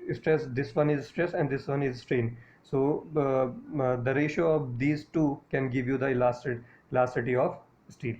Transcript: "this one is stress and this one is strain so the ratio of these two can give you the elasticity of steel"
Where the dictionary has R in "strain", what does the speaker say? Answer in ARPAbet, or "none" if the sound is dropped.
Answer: R